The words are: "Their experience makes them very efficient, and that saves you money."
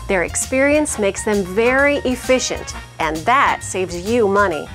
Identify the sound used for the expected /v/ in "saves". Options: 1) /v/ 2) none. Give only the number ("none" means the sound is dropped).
1